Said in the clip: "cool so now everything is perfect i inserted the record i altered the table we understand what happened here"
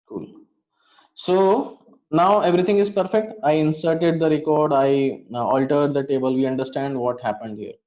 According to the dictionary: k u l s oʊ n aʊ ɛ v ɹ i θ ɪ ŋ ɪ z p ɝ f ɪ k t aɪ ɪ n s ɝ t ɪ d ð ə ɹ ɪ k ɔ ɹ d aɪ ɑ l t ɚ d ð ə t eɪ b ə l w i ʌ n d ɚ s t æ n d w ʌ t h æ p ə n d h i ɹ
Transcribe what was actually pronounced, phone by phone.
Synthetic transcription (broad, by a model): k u l s oʊ n aʊ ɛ v ɹ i t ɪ ŋ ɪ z p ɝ f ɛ k t aɪ ɪ n s ɝ t ɪ d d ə ɹ ɪ k ɔ ɹ d aɪ ɑ l t ɚ d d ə t eɪ b ə l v i ʌ n d ɚ s t æ n d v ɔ t h æ p ə n d h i ɹ